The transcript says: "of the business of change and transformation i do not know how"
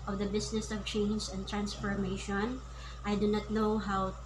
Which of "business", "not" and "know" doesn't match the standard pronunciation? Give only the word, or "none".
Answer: business